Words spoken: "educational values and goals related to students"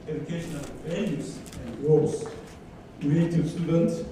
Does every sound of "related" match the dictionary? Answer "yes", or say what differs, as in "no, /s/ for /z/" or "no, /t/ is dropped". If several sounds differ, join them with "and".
no, /l/ is dropped